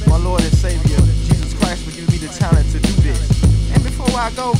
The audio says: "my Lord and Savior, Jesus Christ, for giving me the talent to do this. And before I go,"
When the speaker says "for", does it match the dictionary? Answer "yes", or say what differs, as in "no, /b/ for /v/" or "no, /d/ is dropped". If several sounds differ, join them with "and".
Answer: no, /l/ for /ɹ/